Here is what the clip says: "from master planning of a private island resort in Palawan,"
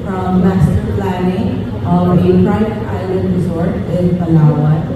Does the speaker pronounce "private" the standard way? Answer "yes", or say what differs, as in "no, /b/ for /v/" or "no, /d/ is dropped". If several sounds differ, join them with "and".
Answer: no, /v/ is dropped